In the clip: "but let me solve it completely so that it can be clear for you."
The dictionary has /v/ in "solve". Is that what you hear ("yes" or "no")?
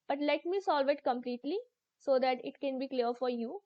yes